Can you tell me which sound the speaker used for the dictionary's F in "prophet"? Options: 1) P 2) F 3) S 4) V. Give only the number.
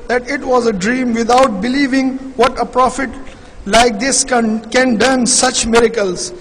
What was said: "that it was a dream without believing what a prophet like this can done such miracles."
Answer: 2